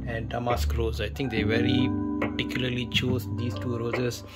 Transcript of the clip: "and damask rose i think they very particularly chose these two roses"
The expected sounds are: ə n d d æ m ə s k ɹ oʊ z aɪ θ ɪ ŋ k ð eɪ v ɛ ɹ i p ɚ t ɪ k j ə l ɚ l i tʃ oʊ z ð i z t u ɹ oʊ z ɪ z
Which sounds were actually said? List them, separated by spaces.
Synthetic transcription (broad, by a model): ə n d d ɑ m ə s k ɹ oʊ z aɪ t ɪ ŋ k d eɪ v ɛ ɹ i p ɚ t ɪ k j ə l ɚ l i tʃ oʊ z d i s t u ɹ oʊ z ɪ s